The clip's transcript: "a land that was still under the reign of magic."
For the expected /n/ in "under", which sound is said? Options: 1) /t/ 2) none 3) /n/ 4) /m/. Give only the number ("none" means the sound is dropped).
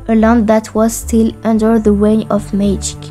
3